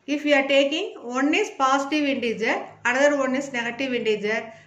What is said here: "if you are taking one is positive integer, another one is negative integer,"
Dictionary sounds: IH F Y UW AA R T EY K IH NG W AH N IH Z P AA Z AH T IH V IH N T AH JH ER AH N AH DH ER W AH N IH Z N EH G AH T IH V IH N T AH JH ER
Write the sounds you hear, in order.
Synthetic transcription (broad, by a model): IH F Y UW AA R T EY K IH NG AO N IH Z P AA S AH T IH V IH N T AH JH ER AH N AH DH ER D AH N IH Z N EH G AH T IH V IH N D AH JH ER